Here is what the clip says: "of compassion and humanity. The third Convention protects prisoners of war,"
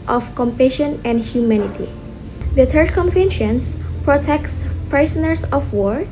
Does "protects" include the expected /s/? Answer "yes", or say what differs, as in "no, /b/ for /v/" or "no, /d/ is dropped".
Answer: yes